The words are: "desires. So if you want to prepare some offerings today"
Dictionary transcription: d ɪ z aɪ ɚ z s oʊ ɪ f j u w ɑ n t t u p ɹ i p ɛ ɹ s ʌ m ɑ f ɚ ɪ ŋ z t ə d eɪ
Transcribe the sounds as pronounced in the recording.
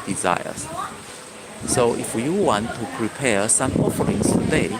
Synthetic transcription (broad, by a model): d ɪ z aɪ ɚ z s oʊ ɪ f j u w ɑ n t t u p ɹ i p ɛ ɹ s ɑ m ɑ f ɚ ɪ ŋ s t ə d eɪ